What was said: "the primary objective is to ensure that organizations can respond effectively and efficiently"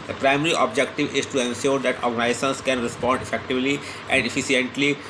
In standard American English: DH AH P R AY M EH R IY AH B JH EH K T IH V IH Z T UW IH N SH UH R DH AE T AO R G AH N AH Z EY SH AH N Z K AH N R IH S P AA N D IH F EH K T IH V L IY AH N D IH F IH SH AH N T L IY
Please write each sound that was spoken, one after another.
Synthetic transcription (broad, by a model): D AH P R AY M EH R IY AH B JH EH K T IH V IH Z T UW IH N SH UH R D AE T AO R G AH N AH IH S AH N S K AH N R IH S P AA N D IH F EH K T IH V L IY AH N D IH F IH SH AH N T L IY